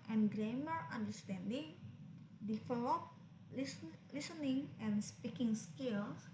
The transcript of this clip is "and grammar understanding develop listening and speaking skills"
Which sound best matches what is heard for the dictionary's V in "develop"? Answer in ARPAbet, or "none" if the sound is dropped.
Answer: F